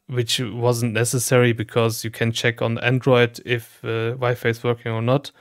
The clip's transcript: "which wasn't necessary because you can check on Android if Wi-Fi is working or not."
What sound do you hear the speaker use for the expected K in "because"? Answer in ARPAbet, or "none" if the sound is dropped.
K